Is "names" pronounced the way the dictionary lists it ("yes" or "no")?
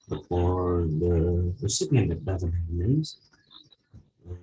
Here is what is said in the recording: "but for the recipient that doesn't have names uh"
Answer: no